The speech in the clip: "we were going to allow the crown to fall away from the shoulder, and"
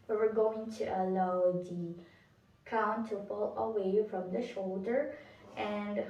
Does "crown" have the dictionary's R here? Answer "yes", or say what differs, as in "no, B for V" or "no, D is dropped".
no, R is dropped